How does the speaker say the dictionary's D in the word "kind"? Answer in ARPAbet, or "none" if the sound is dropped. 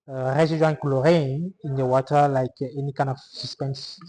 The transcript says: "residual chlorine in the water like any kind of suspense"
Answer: none